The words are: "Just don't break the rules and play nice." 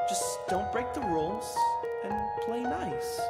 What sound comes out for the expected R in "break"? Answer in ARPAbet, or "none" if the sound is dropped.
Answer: R